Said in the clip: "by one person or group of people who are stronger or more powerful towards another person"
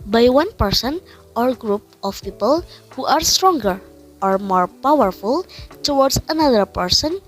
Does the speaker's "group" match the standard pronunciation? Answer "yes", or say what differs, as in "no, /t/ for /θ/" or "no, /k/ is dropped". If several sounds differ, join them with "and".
yes